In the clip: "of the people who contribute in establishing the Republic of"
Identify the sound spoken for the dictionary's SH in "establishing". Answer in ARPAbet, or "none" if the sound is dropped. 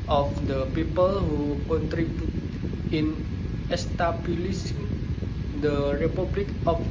S